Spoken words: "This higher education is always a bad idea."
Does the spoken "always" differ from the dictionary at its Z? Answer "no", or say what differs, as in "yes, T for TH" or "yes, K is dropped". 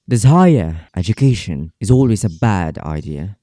no